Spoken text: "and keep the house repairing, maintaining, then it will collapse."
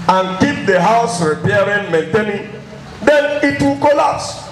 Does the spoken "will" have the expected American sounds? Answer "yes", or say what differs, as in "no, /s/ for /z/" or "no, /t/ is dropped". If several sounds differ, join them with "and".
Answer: yes